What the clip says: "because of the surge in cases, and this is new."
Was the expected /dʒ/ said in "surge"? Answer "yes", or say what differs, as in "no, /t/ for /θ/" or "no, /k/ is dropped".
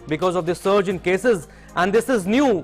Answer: yes